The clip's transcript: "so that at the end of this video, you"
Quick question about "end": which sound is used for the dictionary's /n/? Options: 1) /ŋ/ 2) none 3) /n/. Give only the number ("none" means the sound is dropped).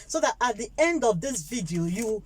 3